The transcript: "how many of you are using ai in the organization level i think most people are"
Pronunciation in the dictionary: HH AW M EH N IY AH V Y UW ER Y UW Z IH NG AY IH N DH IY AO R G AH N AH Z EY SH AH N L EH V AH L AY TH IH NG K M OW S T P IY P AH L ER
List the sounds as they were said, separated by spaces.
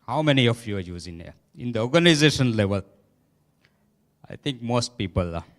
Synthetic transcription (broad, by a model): HH AW M EH N IY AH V Y UW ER Y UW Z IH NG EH IH N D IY AO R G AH N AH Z EY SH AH N L EH V AH L AY T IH NG K M OW S T P IY P AH L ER